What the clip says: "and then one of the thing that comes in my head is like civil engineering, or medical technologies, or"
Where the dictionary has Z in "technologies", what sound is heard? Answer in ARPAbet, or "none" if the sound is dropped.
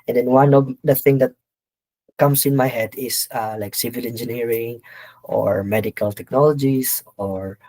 S